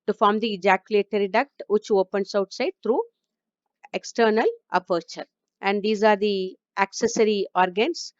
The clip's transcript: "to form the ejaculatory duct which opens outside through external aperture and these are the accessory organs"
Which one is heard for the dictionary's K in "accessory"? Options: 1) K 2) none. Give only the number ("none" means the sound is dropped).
1